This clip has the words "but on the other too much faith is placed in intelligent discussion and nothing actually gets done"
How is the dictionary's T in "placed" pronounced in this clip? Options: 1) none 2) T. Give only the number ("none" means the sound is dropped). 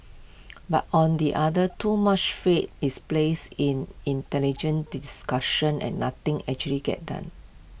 1